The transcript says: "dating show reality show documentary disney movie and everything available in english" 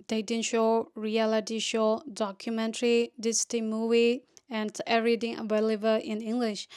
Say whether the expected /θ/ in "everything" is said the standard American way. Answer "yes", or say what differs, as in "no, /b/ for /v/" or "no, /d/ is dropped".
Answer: no, /t/ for /θ/